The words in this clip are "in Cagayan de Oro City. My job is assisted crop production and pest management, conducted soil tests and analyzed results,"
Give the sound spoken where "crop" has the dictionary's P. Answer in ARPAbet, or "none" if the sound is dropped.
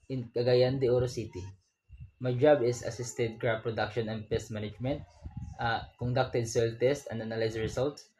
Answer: B